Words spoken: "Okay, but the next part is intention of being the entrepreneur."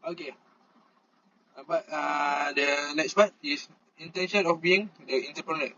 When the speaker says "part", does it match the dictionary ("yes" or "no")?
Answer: no